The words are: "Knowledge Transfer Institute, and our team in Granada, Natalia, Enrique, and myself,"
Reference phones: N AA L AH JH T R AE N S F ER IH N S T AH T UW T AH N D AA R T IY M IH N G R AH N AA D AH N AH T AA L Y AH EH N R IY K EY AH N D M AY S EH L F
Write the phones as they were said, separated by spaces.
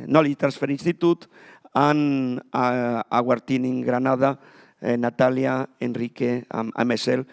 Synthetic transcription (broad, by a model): N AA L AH T R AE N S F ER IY N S T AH T UW T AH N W AA R T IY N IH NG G R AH N AA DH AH N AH T AA L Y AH EH N R IY K EY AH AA M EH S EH L